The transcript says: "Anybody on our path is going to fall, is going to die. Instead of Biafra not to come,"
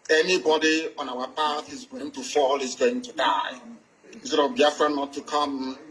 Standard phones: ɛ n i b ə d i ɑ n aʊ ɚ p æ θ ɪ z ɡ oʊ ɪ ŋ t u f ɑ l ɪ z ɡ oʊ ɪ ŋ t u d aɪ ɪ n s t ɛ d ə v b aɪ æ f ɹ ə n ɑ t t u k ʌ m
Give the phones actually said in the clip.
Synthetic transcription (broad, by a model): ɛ n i b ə d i ɑ n aʊ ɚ p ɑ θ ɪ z ɡ oʊ ɪ ŋ t u f ɑ l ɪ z ɡ oʊ ɪ ŋ t u d aɪ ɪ s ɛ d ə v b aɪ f ɹ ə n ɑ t t u k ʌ m